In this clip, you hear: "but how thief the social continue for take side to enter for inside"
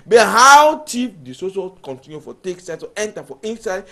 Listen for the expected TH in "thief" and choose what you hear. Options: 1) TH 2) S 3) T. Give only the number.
3